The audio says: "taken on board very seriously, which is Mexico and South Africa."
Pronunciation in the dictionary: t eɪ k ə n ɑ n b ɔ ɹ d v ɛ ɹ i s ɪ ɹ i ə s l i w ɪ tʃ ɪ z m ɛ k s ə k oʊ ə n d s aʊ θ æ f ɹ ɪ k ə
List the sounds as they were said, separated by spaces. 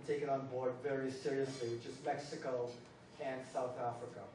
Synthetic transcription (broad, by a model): t eɪ k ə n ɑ n b ɔ ɹ d v ɛ ɹ i s ɪ ɹ i ə s l i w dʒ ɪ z m ɛ k s ə k oʊ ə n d s aʊ θ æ f ɹ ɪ k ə